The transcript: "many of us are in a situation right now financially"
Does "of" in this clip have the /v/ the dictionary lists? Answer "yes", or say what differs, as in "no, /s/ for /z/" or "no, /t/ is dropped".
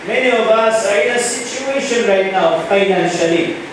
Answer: no, /b/ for /v/